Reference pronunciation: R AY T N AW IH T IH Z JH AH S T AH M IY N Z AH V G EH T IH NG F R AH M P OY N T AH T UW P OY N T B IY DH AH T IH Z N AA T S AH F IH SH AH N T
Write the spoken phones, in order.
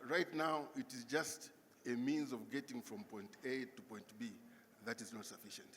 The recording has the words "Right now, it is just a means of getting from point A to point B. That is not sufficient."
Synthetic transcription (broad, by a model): R AY T N AW IH T IH Z JH AH S T AH M IY N Z AH V G EH T IH NG F R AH M P OY N T AH T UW P OY N T B IY DH AH T IH Z N AA T S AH F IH SH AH N T